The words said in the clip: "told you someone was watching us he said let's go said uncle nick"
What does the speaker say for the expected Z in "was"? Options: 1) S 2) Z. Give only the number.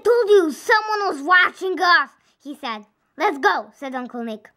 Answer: 2